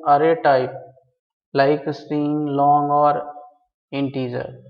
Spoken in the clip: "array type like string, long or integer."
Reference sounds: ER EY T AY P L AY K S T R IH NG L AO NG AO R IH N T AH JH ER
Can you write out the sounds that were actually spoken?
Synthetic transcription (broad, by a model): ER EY T AY P L AY K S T IY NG L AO NG AO R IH N T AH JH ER